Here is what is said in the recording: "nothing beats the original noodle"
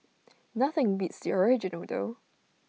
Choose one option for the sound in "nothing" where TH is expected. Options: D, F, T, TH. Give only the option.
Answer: TH